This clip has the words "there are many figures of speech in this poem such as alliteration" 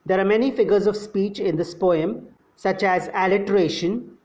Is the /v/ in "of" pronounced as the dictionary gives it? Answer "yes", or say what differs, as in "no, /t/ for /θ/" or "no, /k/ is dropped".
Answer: yes